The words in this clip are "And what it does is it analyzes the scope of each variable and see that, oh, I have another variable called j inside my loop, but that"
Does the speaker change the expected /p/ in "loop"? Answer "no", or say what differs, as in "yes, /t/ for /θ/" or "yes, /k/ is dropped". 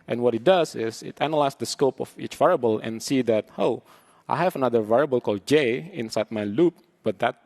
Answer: no